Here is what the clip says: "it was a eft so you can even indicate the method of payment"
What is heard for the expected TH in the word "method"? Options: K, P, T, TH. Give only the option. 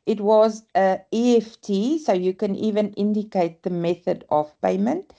TH